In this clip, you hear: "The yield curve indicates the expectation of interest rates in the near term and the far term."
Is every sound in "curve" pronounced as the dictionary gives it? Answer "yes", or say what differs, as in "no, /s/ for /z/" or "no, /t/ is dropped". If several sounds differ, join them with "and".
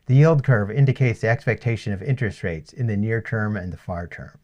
yes